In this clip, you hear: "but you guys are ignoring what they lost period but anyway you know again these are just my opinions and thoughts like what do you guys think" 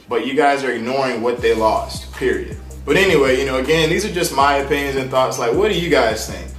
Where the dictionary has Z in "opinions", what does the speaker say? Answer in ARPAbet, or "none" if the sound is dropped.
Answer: Z